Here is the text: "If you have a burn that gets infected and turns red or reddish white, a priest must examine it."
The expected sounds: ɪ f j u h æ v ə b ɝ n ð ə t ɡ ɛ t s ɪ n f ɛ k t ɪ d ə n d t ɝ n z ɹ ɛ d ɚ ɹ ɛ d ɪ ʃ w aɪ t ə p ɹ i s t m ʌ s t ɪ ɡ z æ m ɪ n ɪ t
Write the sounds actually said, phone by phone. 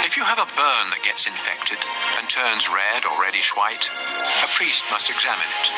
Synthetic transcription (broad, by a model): ɪ f j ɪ v ə b ɝ n ð ə t ɡ ɛ t s ɪ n f ɛ k t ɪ d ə n t ɝ n z ɹ ɛ d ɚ ɹ ɛ d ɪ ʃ w aɪ t ə p ɹ i s t m ʌ s t ɪ ɡ z æ m ɪ n ɪ t